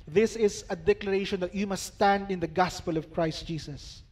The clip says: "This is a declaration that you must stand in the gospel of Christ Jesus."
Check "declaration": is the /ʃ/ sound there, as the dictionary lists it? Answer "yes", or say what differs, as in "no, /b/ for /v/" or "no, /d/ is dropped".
yes